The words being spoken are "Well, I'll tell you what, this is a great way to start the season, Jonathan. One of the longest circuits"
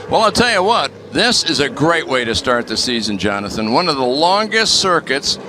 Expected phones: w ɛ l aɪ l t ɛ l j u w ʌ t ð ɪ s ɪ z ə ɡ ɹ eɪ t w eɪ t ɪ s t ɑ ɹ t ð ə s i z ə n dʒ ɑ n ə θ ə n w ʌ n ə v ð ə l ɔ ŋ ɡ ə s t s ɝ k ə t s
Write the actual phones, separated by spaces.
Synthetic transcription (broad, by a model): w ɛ l aɪ l t ɛ l j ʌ w ʌ t ð ɪ s ɪ z ə ɡ ɹ eɪ t w eɪ t ɪ s t ɑ ɹ t ð ə s i z ə n dʒ ɑ n ə θ ə n w ʌ n ə v ð ə l ɔ ŋ ɡ ə s t s ɝ k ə t s